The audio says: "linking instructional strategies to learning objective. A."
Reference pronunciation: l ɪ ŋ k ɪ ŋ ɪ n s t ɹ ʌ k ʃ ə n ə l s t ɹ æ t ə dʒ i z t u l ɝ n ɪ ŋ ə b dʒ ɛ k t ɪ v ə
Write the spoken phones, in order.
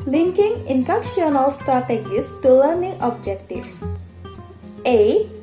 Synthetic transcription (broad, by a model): l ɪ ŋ k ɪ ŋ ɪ n t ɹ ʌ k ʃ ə n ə l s t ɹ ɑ t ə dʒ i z t u l ɝ n ɪ ŋ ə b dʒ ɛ k t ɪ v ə